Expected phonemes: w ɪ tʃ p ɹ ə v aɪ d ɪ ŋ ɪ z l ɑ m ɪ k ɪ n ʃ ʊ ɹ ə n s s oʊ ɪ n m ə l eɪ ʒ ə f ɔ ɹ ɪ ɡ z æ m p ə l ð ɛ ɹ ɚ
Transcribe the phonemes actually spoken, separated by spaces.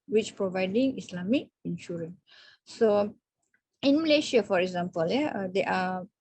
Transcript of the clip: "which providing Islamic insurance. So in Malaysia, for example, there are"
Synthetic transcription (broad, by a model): w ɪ tʃ p ɹ ə v aɪ d ɪ ŋ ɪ s l ɑ m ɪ k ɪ n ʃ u ɹ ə n s s oʊ ɪ n m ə l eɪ ʃ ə f ɔ ɹ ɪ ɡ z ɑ m p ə l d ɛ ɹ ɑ